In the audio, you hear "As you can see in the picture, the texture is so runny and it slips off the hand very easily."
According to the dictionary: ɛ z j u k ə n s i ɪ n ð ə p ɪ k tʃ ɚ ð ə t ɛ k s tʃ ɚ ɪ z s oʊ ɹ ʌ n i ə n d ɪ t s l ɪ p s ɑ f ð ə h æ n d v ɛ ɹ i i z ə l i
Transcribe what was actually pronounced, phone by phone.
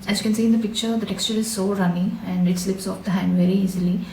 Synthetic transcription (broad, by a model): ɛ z j u k ə n s i ɪ n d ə p ɪ k tʃ ɚ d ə t ɛ k s tʃ ɚ ɪ z s oʊ ɹ ʌ n i ə n d ɪ t s l ɪ p s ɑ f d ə h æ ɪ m v ɛ ɹ i i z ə l i